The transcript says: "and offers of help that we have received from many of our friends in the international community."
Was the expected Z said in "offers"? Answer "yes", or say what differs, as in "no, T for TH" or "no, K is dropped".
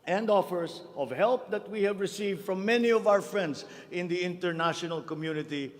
no, S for Z